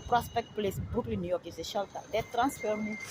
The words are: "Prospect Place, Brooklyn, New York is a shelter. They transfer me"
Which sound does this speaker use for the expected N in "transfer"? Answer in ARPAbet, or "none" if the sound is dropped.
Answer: N